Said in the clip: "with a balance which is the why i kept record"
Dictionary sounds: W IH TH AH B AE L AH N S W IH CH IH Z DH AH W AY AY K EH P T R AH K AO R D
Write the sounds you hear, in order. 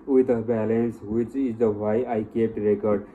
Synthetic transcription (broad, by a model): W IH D AH B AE L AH N S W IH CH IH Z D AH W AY AY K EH T R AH K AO R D